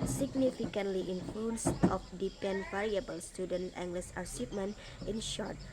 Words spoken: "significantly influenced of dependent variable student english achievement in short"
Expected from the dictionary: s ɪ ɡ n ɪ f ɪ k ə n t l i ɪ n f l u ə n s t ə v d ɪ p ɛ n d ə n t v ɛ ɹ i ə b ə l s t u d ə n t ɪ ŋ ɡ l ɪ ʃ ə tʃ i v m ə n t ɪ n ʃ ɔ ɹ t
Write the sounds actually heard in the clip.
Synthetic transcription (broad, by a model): s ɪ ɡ n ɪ f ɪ k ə n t l i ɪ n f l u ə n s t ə f d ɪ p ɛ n n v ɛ ɹ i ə b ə l s t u d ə n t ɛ ŋ ɡ l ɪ s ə s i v m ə n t ɪ n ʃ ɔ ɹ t